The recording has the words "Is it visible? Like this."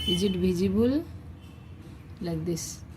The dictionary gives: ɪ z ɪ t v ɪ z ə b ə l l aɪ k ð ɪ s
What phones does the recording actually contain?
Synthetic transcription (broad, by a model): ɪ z ɪ t b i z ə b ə l l aɪ k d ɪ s